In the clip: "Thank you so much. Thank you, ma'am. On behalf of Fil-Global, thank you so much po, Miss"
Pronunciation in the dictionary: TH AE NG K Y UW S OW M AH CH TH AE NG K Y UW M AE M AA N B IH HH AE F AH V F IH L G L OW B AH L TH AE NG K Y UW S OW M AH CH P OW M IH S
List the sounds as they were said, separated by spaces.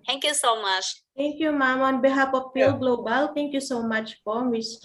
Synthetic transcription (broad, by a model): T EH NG K Y UW S OW M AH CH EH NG K Y UW M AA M AA N B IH HH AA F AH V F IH L G L OW B AH L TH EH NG K Y UW S OW M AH CH F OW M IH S